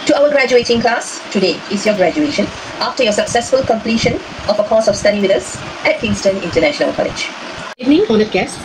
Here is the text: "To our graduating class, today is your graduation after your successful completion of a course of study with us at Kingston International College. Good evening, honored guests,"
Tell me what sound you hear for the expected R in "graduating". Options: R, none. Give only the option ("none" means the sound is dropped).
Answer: R